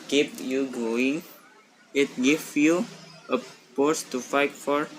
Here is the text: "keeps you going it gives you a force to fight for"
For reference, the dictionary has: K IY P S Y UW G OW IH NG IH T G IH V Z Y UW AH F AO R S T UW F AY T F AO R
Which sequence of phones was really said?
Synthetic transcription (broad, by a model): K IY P Y UW G OW IH NG IH T G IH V Y UW AH P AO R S T UW F AY T F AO R